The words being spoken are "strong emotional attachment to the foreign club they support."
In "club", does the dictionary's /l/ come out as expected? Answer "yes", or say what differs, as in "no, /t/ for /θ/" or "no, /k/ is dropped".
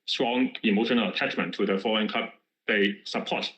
no, /l/ is dropped